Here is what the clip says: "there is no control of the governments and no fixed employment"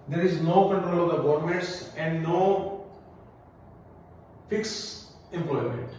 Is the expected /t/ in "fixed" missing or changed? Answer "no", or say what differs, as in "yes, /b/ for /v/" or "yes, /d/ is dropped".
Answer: yes, /t/ is dropped